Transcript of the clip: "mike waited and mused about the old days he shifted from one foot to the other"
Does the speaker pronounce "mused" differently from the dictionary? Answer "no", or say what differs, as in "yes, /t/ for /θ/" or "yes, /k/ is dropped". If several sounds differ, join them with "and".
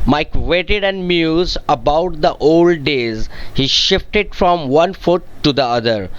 yes, /d/ is dropped